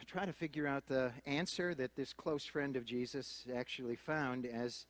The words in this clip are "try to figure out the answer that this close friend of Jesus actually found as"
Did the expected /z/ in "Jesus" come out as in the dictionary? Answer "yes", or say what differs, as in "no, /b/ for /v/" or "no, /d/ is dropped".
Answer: yes